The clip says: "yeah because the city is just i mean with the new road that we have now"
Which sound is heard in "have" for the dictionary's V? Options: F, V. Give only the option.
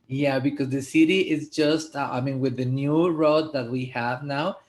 V